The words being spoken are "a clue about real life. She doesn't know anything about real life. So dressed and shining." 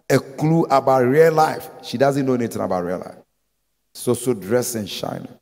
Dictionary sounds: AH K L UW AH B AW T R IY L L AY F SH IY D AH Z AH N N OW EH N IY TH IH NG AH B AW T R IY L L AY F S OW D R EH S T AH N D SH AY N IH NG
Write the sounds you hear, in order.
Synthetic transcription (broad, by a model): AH K L UW AH B AW T R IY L L AY F SH IY D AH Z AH N N OW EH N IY T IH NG AH B AW T R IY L L AY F S OW D R EH S AH N SH AY N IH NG